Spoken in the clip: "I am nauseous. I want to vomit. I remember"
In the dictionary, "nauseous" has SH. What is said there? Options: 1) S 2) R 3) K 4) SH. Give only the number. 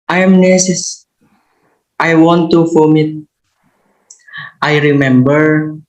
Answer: 1